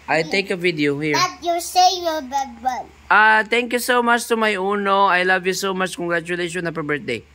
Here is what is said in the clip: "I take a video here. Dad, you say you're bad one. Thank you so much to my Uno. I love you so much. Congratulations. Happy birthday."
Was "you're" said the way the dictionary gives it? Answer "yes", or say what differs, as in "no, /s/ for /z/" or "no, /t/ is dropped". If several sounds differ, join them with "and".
no, /l/ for /ɹ/